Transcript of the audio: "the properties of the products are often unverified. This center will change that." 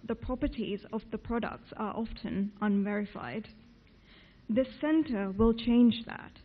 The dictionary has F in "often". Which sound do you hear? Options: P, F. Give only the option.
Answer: F